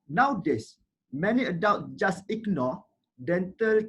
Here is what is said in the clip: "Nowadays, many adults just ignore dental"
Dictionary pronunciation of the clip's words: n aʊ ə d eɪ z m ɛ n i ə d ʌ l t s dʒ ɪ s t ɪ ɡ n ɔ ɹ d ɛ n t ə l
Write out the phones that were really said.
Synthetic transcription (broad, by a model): n aʊ d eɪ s m ɛ n i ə d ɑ w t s dʒ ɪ s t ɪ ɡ n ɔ d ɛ n t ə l